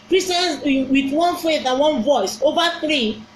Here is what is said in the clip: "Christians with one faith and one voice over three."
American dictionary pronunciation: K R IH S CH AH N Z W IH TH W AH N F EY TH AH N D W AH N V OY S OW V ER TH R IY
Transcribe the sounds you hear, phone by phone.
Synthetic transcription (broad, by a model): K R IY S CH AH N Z W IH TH W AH N F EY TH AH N W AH N V OY S OW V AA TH R IY